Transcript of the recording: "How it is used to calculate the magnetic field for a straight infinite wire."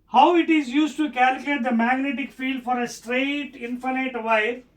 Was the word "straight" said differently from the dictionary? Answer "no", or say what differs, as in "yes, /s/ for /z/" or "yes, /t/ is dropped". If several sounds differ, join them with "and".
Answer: no